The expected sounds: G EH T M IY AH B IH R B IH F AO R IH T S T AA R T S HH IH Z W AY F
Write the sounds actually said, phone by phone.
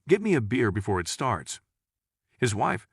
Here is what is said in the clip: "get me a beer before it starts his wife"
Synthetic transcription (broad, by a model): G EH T M IY AH B IH R B IH F AO R IH T S T AA R T S HH IH Z W AY F